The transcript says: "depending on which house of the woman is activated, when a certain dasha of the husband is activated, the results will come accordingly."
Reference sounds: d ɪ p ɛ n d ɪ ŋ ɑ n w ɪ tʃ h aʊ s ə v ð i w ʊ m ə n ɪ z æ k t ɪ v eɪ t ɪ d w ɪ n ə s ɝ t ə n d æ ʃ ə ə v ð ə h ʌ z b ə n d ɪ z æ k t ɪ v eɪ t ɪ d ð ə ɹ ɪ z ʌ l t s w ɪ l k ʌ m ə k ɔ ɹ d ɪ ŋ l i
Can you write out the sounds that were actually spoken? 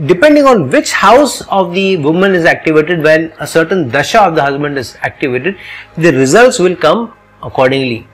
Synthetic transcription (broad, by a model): d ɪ p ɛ n d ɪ ŋ ɑ n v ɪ tʃ h aʊ s ə v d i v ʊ m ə n ɪ z æ k t ɪ v eɪ t ɪ d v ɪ l ə s ɝ t ə n d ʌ ʃ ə ə v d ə h ʌ z b ə n d ɪ z æ k t ɪ v eɪ t ɪ d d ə ɹ ɪ z ʌ l t s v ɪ l k ʌ m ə k ɔ ɹ d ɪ ŋ l i